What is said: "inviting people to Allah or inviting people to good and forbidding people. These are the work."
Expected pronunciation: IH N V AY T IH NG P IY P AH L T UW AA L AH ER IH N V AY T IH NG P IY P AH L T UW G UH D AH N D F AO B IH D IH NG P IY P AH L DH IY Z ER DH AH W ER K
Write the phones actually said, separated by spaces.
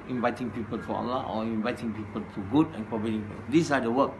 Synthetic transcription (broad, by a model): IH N V AY T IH NG P IY P AH L T UW AA L AH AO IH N V AY T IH NG P IY P AH L T UW G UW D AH N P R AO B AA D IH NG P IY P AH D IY S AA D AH W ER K